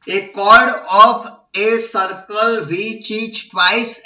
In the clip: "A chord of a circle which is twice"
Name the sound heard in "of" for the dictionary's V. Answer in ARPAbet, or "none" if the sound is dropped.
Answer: P